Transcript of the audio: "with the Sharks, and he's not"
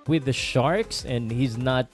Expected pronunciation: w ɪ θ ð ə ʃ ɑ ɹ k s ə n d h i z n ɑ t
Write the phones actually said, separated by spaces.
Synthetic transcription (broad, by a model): w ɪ ð ə ʃ ɑ ɹ k s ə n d h i z n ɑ t